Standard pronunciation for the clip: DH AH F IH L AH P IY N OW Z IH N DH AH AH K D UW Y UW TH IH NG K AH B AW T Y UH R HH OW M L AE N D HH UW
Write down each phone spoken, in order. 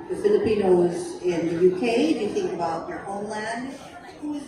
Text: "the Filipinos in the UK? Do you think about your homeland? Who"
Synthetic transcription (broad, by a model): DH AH F IH L AH P IY N OW Z IH N DH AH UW K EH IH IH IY TH IH NG K AH B AW T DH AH R HH OW M L AE N D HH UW